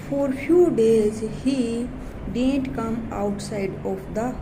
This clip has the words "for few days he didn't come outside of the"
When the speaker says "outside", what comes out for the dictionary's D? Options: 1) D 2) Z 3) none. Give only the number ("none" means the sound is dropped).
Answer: 1